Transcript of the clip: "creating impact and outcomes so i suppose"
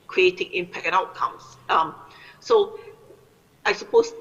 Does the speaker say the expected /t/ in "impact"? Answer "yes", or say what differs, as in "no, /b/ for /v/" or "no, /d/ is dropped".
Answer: no, /t/ is dropped